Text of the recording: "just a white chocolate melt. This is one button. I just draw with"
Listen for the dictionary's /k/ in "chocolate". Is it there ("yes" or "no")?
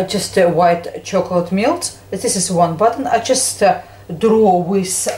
yes